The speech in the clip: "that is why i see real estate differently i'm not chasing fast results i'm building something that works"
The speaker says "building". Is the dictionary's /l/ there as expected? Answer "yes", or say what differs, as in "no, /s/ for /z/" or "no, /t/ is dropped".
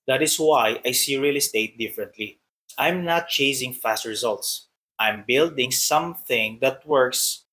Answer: yes